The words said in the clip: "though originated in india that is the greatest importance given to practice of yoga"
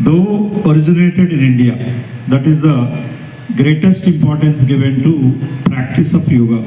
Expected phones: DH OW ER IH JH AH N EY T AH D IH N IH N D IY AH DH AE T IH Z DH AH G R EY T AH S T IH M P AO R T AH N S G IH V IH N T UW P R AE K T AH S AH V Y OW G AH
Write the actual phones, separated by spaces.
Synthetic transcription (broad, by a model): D OW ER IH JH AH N EY T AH D IH N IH N D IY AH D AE T IH Z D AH G R EY T AH S T IH M P AO R T AH N S G IH V IH N T UW P R AE K T AH S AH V Y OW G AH